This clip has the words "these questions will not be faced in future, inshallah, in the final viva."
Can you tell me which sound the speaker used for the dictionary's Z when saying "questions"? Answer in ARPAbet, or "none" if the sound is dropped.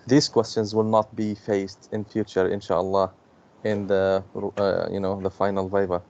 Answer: Z